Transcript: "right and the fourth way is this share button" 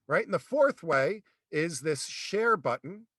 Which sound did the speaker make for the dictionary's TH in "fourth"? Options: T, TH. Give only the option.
TH